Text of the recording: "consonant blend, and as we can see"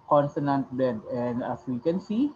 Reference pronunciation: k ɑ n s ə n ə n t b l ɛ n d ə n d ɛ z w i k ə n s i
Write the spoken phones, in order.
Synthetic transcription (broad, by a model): k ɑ n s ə n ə n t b ɛ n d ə n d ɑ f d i k ə n s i